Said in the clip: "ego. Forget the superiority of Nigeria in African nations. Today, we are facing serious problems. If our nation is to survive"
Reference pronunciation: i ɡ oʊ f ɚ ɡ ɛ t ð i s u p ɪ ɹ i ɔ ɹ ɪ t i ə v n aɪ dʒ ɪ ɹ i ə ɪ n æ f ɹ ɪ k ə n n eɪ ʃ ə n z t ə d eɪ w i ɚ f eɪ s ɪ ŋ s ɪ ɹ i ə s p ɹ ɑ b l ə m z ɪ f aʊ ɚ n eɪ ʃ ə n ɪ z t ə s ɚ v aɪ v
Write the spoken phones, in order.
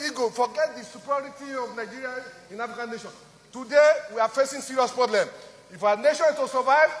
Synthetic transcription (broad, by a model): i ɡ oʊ f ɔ ɡ ɛ t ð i s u p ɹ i ɔ ɹ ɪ t i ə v n aɪ dʒ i ɹ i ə ɪ n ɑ f ɹ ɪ k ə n n eɪ ʃ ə n t ə d eɪ w i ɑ f eɪ s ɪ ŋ s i ɹ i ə s p ɹ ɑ b l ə m ɪ f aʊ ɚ n eɪ ʃ ə n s t ə s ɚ v aɪ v